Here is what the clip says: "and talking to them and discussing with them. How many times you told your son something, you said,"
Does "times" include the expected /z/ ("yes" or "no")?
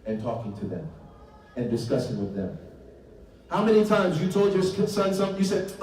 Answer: yes